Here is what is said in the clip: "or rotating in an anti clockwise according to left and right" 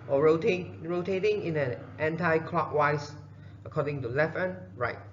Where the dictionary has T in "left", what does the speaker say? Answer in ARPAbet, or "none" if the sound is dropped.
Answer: none